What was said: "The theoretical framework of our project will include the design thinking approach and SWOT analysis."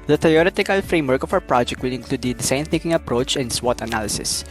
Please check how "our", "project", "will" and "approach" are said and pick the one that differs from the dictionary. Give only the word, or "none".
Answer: our